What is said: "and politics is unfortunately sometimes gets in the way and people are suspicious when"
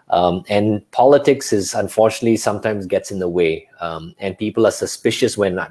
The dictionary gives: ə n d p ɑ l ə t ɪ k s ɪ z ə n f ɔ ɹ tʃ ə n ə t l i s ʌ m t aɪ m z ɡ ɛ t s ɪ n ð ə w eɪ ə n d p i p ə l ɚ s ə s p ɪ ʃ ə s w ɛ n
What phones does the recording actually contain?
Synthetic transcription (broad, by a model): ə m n p ɑ l ə t ɪ k s ɪ z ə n f ɔ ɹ tʃ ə n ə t l i s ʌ m t aɪ m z ɡ ɛ t s ɪ n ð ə w eɪ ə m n p i p ə l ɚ s ə s p ɪ ʃ ə s w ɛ n